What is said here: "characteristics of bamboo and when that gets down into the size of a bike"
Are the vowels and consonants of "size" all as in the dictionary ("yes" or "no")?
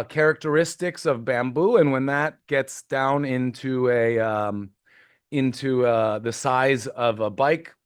yes